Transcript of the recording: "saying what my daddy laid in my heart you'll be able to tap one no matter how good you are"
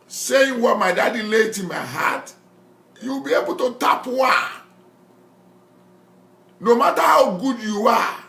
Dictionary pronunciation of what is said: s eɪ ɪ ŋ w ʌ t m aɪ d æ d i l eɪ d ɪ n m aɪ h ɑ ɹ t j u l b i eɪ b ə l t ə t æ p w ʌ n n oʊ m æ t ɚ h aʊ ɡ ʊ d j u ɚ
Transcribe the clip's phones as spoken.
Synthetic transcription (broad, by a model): s eɪ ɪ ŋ w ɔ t m aɪ d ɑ d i l eɪ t ɪ n m aɪ h ɑ t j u w b i eɪ b ə l t ə t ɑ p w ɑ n n oʊ m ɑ t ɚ h aʊ ɡ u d j u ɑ